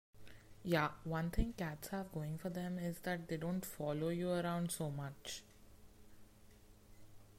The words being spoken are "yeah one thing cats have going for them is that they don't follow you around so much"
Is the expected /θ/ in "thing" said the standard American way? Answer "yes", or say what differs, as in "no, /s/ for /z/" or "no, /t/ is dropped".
no, /t/ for /θ/